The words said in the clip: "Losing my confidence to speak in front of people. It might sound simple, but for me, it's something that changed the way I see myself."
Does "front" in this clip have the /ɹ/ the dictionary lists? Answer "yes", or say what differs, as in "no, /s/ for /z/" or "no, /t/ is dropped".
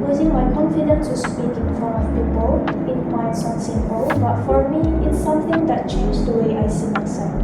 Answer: no, /ɹ/ is dropped